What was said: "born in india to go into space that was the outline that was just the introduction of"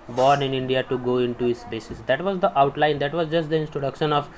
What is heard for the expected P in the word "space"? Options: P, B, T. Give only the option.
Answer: B